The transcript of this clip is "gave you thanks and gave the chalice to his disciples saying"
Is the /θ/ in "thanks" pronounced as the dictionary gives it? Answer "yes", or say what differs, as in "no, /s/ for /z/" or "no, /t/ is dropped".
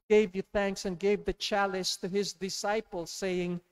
yes